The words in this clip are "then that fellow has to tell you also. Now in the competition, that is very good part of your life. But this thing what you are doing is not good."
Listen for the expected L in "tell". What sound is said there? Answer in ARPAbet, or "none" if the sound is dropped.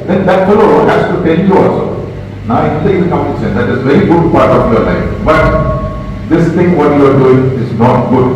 N